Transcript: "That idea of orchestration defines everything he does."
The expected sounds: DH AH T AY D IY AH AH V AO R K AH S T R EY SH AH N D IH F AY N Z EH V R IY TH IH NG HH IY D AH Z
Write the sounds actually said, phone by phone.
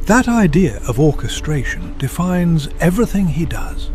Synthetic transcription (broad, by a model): DH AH T AY D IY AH AH V AO R K AH S T R EY SH AH N D IH F AY N Z EH V R IY TH IH NG IY D AH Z